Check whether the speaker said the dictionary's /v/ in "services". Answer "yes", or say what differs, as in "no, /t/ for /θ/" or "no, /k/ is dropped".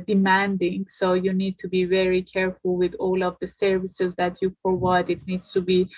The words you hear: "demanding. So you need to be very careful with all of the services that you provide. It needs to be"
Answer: yes